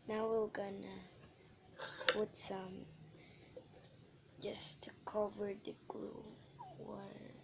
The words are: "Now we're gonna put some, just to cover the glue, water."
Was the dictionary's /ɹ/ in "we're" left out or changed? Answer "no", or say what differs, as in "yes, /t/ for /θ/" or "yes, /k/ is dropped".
yes, /l/ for /ɹ/